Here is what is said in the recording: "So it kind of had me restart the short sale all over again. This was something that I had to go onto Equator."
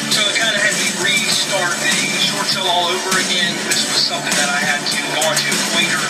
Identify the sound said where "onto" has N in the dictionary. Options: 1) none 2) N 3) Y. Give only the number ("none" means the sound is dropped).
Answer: 1